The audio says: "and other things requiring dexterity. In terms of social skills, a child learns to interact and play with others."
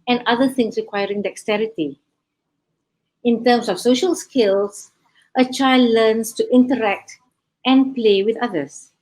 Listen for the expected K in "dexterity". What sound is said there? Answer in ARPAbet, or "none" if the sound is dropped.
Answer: K